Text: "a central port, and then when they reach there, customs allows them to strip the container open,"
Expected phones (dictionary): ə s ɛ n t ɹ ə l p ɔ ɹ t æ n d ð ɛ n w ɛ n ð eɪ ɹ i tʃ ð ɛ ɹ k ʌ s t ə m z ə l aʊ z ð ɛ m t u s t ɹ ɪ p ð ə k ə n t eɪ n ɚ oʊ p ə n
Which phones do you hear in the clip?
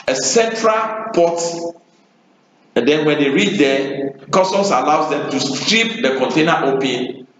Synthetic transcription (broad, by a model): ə s ɛ n t ɹ ə l p ɔ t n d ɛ n w ɛ n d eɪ ɹ i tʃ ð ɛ k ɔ s t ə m s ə l aʊ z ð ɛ m t u s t ɹ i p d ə k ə n t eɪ n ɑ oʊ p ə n